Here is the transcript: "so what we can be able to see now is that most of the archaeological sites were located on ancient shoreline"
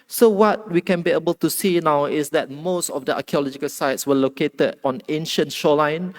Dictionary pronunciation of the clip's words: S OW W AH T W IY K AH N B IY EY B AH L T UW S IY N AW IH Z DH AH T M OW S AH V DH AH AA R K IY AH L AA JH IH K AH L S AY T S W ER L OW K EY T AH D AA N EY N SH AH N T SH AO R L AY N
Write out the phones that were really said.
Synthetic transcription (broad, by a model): S OW W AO T W IY K AH N B IY EY B AH L T UW S IY N AW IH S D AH T M OW S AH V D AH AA K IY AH L AA JH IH K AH L S AY T S W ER L OW K EY T AH D AA N EY N SH AH N T SH AO L AY N